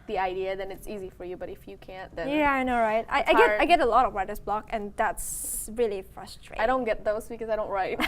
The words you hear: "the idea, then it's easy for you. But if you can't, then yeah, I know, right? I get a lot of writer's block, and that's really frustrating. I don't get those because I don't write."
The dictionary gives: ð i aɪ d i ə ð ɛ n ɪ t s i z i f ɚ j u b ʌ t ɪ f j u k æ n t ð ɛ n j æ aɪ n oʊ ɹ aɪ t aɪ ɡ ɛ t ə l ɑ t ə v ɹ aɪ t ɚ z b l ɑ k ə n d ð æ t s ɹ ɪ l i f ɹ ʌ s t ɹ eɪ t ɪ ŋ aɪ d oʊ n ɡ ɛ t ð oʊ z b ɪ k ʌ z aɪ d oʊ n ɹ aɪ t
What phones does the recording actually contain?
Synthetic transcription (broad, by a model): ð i aɪ d i ə ð ɛ n ɪ t s i z i f ɚ j u b ʌ t ɪ f j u k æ n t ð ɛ j æ aɪ n oʊ ɹ aɪ t aɪ ɡ ɛ t ə l ɑ t ə v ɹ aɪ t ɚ s b l ɑ k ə n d ð æ t s ɹ ɪ l i f ɹ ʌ s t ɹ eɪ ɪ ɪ d oʊ n ɡ ɛ t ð oʊ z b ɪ k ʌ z aɪ d oʊ n ɹ aɪ t